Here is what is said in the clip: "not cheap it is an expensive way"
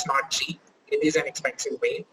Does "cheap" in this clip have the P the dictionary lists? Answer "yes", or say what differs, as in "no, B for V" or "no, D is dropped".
no, P is dropped